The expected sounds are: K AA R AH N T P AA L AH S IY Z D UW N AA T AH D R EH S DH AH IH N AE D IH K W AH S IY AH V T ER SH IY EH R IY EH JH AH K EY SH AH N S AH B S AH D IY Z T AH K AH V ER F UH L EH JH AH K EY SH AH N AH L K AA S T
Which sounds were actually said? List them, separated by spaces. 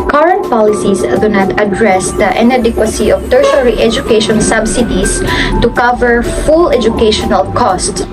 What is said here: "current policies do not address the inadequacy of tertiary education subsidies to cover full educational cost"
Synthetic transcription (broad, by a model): K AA R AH N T P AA L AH S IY S D UW N AA T AH D R EH S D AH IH N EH D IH K W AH S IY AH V T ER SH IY R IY EH JH AH K EY SH AH N S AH B S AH D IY S T AH K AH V ER F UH L EH JH AH K EY SH AH N AH L K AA S T